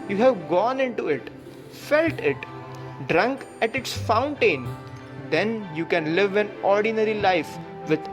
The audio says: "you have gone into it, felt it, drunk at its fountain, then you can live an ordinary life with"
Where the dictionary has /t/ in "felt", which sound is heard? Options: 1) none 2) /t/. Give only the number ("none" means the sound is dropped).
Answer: 2